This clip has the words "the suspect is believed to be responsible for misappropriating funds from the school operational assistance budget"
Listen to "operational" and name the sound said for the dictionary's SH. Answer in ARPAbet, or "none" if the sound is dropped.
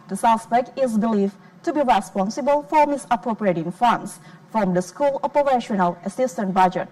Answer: SH